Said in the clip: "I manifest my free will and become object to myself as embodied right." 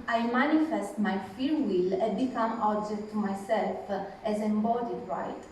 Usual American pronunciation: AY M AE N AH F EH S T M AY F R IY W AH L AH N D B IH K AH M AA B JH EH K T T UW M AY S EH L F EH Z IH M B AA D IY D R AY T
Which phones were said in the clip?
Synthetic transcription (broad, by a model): AY M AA N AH F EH S T M AY F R W AH L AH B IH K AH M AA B JH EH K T T UW M AY S EH L F EH Z IH M B AA D IY D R AY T